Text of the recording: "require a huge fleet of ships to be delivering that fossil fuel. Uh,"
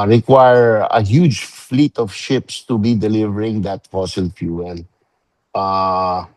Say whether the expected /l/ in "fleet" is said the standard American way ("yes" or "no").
yes